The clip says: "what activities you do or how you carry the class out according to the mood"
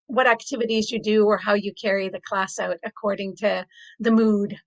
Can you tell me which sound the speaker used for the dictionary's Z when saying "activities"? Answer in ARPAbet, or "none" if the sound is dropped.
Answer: Z